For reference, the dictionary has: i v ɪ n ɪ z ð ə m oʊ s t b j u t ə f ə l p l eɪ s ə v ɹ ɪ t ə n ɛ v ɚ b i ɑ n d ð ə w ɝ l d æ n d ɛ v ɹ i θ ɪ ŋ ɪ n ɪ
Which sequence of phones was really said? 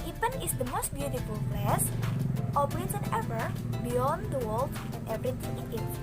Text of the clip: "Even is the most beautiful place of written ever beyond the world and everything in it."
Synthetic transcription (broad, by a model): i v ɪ n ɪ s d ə m oʊ s t b j u t ə f ə l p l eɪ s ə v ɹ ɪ s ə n ɛ v ɚ b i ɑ n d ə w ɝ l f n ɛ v ɹ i t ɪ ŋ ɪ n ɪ